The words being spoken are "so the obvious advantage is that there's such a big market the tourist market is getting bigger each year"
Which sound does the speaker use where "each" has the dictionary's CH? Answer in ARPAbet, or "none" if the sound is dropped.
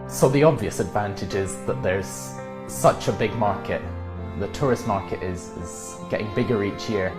CH